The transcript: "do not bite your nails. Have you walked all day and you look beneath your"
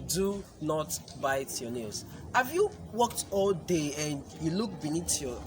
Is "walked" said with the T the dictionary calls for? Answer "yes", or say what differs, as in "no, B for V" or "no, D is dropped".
yes